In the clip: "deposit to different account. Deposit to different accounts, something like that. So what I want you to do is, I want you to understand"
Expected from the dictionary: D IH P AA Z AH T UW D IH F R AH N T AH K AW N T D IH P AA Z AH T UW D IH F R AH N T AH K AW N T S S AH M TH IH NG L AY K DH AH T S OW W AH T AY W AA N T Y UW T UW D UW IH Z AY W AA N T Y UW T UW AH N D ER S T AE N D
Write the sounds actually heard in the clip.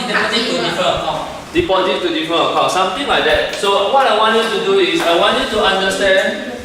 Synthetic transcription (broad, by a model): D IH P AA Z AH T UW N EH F AH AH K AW T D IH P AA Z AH T UW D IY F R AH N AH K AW T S S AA M T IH NG L AY K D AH T S OW W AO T AY W AA N T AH T UW D UW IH S AY W AA N T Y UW T UW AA N D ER S T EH N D